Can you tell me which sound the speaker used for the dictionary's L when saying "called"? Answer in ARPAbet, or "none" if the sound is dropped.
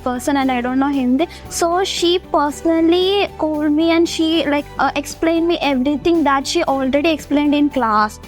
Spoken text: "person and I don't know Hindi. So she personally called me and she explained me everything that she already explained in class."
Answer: L